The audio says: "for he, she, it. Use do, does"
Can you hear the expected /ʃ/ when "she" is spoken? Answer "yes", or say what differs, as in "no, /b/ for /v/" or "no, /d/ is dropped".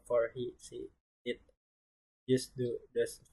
no, /s/ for /ʃ/